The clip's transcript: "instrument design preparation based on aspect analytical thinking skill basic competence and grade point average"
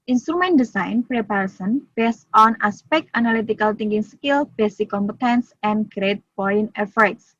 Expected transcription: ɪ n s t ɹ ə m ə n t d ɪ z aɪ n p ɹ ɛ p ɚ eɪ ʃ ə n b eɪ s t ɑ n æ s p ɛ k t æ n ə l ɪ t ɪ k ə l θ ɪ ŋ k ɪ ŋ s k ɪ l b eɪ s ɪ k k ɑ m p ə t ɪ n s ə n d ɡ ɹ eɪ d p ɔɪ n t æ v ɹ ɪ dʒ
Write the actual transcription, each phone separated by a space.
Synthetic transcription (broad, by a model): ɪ n s t ɹ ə m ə n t d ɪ s aɪ n p ɹ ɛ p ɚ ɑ s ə n b eɪ s t ɑ n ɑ s p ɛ k t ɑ n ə l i t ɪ k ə l t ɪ ŋ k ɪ ŋ s k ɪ l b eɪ s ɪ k k ɑ m p ə t ɪ n s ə n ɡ ɹ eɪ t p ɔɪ n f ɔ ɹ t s